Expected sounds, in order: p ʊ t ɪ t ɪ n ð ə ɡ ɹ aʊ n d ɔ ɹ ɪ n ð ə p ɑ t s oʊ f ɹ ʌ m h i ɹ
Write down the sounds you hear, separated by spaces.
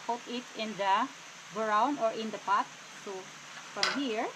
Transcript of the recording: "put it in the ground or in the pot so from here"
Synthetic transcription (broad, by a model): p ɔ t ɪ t ɪ n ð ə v ɹ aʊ n ɔ ɹ ɪ n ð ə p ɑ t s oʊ f ɹ ʌ m h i ɹ